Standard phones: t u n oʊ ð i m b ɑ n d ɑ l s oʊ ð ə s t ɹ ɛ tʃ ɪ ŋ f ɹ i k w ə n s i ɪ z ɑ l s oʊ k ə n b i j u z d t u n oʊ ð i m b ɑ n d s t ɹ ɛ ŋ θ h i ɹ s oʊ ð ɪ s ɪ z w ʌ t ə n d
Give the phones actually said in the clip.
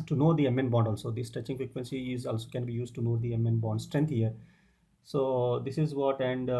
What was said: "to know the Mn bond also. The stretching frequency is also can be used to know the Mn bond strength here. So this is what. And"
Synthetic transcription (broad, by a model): t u n oʊ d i m b ɑ n d ɑ l s oʊ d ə s t ʌ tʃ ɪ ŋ f ɹ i k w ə n s i ɪ z ɑ l s oʊ k ə n b i j u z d t u n oʊ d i m b ɑ n d s t ɹ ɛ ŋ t h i ɹ s oʊ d ɪ s ɪ z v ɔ t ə n d